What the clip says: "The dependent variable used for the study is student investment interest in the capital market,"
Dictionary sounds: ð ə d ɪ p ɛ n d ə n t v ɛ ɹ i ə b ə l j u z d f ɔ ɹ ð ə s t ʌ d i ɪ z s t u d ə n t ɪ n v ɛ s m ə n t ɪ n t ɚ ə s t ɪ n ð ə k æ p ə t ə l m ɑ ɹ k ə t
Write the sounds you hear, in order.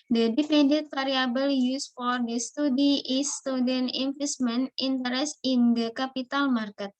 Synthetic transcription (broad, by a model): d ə d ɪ f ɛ n d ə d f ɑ ɹ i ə b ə l j u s f ɔ ɹ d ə s t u d i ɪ s t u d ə n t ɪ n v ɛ s m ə n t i n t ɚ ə s ɪ n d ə k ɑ p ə t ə l m ɑ ɹ k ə t